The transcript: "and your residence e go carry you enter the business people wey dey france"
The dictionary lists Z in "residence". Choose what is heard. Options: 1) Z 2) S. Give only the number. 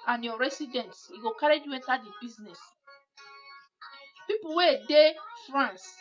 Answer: 2